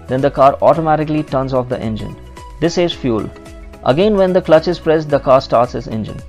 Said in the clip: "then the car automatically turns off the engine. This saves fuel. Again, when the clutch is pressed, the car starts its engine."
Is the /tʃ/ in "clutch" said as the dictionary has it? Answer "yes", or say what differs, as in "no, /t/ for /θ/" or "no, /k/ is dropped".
yes